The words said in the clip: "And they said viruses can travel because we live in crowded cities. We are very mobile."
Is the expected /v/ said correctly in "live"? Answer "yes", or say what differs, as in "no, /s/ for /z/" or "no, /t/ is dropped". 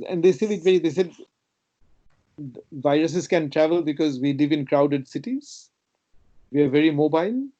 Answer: yes